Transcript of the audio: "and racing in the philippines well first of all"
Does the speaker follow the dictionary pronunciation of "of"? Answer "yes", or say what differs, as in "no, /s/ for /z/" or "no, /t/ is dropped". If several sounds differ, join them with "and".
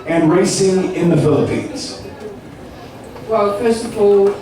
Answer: no, /p/ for /v/